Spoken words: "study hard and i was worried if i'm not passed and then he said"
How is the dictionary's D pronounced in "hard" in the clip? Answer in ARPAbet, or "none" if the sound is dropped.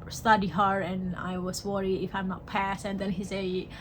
none